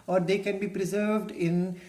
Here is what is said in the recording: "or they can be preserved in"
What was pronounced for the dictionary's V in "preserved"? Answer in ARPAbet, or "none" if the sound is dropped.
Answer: V